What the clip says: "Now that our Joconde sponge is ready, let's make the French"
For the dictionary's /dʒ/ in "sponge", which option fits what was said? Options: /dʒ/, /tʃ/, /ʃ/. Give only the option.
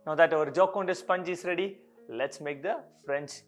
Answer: /dʒ/